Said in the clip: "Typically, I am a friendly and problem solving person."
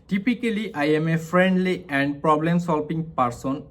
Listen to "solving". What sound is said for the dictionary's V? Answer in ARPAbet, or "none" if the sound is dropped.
P